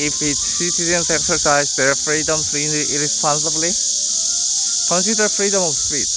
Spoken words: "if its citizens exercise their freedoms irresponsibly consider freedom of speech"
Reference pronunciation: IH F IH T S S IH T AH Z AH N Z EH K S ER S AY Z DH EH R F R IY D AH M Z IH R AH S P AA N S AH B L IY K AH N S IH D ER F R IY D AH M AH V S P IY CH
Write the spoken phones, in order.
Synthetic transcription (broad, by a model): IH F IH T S S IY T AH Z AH N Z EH K S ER S AY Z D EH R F R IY D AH M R IH R AH S P AA N S AH B L IY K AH N S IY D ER P R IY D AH M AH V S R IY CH